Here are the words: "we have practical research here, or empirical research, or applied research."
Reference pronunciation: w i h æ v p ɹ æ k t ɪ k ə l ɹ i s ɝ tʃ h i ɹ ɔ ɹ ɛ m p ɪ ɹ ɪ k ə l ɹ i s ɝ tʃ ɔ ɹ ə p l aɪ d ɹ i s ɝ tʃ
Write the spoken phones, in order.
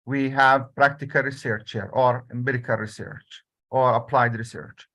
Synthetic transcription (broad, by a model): w i h æ v p ɹ æ k t ɪ k ə l ɹ i s ɝ tʃ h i ɹ ɔ ɹ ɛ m b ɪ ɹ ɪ k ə l ɹ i s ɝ tʃ ɔ ɹ ə p l aɪ d ɹ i s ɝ tʃ